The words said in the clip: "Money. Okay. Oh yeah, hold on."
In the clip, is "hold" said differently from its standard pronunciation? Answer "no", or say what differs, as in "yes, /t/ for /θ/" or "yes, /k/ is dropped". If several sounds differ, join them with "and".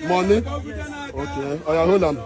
yes, /d/ is dropped